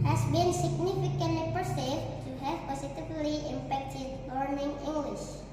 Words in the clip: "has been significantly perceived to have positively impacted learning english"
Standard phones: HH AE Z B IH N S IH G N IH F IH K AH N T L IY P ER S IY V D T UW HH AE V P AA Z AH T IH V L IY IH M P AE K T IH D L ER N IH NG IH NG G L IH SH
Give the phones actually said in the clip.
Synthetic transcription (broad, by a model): HH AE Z B IH N S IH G N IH F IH K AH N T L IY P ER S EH T UW HH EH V P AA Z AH T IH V L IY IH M F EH K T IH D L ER N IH NG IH NG G L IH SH